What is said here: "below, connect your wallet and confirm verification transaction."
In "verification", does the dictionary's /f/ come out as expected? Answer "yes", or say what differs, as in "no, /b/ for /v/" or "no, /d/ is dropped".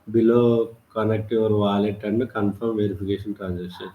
no, /p/ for /f/